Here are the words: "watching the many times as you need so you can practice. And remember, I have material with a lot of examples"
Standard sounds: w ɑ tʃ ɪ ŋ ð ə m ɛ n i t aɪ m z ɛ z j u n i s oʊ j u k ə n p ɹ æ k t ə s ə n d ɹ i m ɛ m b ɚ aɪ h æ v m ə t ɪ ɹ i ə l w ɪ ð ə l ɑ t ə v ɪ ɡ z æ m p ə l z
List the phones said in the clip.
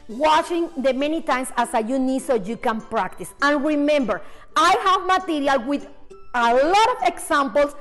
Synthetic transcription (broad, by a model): w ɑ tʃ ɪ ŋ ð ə m ɛ n i t aɪ m s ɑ s j u n i s oʊ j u k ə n p ɹ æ k t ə s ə n ɹ i m ɛ m b ɚ aɪ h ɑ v m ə t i ɹ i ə l w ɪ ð ə l ɑ t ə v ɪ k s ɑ m p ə l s